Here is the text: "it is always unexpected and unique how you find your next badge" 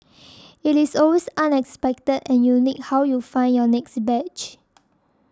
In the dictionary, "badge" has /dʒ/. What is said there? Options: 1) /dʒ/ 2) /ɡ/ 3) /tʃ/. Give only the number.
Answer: 3